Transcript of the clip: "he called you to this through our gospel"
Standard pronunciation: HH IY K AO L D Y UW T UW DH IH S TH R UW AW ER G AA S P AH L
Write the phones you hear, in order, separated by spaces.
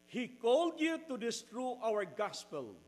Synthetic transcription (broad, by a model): HH IY K AO L D Y UW T UW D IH S T R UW AW ER G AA S P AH L